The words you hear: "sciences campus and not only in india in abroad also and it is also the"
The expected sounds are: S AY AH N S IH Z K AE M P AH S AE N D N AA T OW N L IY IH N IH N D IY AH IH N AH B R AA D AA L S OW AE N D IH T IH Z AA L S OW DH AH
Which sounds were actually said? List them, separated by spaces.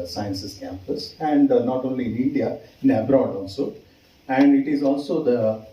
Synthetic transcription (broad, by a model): S AY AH N S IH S K AE M P AH S AE N D N AA T OW N L IY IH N IH N D IY AH IH N AH B R AA D AA L S OW AE N D IH T IH Z AA L S OW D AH